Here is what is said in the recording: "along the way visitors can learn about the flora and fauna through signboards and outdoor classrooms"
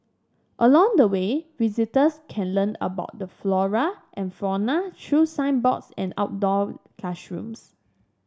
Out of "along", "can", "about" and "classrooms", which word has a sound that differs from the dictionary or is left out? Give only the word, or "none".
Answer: classrooms